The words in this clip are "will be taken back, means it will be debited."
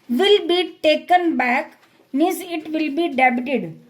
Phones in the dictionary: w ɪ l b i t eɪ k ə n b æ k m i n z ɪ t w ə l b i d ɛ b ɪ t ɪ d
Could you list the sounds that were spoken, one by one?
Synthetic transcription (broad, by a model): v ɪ l b i t eɪ k ə n b æ k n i z ɪ t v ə l b i d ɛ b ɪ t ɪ d